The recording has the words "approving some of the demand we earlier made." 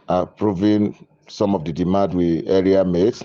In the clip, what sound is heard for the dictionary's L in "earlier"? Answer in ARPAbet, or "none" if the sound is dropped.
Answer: none